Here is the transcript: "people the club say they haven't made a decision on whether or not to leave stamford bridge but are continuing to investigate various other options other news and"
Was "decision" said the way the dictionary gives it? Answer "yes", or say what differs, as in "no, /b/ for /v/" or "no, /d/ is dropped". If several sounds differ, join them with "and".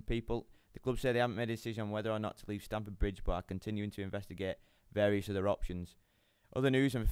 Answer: yes